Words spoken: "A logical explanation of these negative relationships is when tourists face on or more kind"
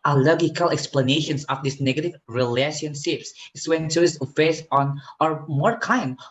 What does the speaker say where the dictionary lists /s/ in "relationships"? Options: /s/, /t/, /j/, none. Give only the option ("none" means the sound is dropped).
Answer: /s/